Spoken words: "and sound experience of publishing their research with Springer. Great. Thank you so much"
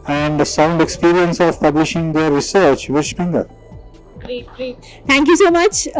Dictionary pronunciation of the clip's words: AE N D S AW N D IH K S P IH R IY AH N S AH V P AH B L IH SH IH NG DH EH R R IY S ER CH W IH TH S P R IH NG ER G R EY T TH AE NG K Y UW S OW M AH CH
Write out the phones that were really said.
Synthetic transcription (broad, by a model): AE N D S AW N D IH K S P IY R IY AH N S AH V P AH B L IH SH IH NG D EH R R IY S ER CH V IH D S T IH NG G AH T T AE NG K Y UW S OW M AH CH